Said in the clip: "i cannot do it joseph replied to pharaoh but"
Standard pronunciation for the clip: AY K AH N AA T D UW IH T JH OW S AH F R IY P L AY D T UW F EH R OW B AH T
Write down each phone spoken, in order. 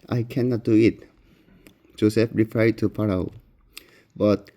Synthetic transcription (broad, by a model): AY K AH N AA T D UW IH T JH OW S AH F R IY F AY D T UW P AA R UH B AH T